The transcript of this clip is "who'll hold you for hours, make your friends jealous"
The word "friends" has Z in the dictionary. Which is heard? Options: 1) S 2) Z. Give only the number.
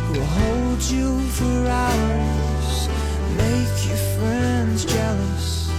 2